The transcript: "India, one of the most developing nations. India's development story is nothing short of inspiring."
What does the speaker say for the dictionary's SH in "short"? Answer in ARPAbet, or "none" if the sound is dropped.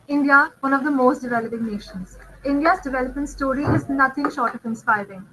SH